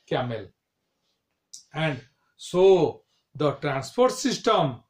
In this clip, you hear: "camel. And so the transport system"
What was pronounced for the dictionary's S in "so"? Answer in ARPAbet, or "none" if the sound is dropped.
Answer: S